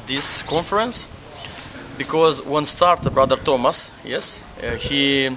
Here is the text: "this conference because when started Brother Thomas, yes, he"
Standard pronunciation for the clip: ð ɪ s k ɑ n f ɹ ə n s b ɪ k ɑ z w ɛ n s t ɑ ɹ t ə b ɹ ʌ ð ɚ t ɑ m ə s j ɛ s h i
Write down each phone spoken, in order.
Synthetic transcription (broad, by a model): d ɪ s k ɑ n f ɹ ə n s b ɪ k ɑ z w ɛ n s t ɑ ɹ t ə b ɹ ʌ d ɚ t ɑ m ə s j ɛ s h i